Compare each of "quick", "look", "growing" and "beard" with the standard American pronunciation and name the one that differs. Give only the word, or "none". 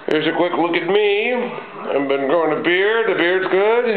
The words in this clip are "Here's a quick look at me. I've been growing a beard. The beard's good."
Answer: growing